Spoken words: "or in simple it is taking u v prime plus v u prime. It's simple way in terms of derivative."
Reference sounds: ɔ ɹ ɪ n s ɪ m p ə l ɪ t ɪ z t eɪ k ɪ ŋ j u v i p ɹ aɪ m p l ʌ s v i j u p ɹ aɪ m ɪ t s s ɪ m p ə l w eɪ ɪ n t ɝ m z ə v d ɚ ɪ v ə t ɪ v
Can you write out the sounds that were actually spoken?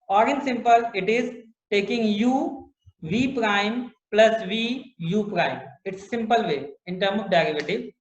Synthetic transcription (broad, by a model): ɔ ɹ ɪ n s ɪ m p ə l ɪ t ɪ z t eɪ k ɪ ŋ j u v i p ɹ aɪ m p l ʌ s v i j u p ɹ aɪ m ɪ t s s ɪ m p ə l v eɪ ɪ n t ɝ m ə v d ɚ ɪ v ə t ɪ